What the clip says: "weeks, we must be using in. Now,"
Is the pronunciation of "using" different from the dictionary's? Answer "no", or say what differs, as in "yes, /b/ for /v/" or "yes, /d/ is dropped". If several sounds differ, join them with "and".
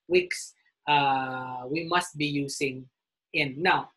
yes, /s/ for /z/